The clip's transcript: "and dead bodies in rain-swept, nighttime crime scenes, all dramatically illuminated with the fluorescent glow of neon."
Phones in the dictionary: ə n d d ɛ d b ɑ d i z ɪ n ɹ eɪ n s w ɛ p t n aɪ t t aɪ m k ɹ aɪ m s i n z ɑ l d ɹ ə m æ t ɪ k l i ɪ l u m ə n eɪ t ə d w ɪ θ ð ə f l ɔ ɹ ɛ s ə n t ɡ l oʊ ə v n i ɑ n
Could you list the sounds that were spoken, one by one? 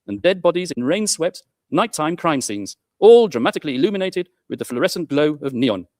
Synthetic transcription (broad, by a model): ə n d d ɛ d b ɑ d i z ɪ n ɹ eɪ n s w ɛ p t n aɪ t t aɪ m k ɹ aɪ m s i n z ɑ l d ɹ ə m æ t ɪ k l i ɪ l u m ə n eɪ t ə d w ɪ ð ə f l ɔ ɹ ɛ s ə n ɡ l oʊ ə v n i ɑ n